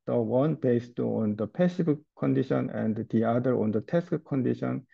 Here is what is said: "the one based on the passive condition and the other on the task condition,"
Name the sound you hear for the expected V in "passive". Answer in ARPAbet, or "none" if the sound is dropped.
B